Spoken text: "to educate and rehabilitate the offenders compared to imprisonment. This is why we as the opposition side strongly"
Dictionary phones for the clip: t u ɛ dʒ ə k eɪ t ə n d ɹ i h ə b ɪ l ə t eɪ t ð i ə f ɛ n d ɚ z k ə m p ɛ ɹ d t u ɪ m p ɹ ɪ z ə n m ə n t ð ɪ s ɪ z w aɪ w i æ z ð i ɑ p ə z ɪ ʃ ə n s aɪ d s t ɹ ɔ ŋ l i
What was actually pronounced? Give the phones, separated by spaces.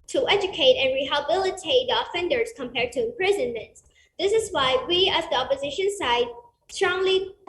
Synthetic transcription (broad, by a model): t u ɛ dʒ ə k eɪ t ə n ɹ i h ə b ɪ l ə t eɪ t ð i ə f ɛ n d ɚ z k ə m p ɛ ɹ d t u ɪ m p ɹ ɪ z ə n m ə n t ð ɪ s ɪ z w aɪ w i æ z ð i ɑ p ə z ɪ ʃ ə n s aɪ d s t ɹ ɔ ŋ l i